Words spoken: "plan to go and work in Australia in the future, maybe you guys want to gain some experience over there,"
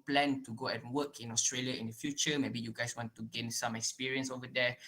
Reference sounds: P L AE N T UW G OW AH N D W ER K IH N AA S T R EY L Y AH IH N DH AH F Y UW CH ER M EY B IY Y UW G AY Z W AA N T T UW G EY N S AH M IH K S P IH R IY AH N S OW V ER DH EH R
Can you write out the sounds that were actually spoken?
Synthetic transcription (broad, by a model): P L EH N T UW G OW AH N W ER K IH N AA S T R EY L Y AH IH N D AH F Y UW CH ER M EY B IY Y UW G AY S W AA N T T UW G EY N S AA M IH K S P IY R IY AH N S OW V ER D EH